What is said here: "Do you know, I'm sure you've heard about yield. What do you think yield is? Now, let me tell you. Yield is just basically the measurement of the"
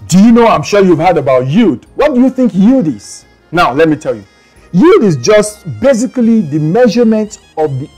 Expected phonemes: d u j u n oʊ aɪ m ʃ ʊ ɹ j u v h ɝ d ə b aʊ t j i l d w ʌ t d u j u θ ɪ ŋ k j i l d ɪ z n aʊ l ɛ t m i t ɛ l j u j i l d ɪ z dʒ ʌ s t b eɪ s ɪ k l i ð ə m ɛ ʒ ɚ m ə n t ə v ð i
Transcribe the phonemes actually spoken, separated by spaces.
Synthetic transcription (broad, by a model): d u j u n oʊ aɪ m ʃ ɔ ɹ j u v h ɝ d ə b aʊ t j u d w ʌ t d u j u θ ɪ ŋ k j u d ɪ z n aʊ l ɛ t m i t ɛ l j u j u d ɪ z dʒ ʌ s t b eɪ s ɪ k l i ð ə m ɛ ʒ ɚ m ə n t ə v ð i